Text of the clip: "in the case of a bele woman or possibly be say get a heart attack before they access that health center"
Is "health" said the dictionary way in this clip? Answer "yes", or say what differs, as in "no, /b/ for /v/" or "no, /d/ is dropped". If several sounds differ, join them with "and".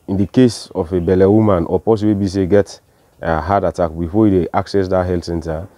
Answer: no, /t/ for /θ/